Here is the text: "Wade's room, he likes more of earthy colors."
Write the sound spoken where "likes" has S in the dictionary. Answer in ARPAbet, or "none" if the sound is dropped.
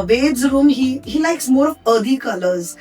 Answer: S